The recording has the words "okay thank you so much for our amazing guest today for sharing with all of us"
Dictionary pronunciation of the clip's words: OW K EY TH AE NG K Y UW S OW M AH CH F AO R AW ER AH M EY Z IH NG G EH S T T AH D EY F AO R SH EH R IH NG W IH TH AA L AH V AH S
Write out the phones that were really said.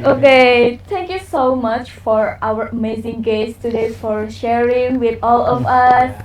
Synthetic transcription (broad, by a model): OW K EY T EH NG K Y UW S OW M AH CH F AO R AW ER AH M EY Z IH NG G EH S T T AH D EY F AO R SH EH R IH NG W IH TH AA L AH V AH S